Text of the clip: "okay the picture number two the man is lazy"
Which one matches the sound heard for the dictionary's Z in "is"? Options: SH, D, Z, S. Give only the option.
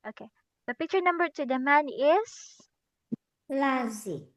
S